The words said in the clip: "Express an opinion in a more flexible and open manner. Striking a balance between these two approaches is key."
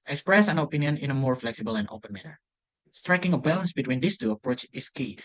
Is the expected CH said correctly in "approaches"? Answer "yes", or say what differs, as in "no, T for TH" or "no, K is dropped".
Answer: no, CH is dropped